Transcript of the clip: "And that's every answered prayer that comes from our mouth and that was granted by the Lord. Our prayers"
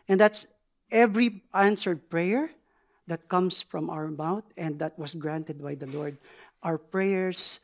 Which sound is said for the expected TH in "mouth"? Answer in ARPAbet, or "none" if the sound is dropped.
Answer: T